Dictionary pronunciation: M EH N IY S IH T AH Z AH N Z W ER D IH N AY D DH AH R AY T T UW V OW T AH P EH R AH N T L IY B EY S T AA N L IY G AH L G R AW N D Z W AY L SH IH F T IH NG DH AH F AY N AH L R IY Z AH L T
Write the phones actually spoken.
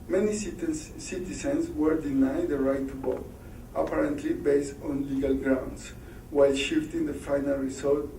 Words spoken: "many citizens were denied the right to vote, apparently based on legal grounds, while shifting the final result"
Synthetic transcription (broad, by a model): M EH N IY S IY T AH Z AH N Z W ER D IH N AY D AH R AY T T UW B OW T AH P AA R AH N T L IY B EY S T AA N L IY G AH L G R AW N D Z W AY L SH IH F T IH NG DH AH F AY N AH L R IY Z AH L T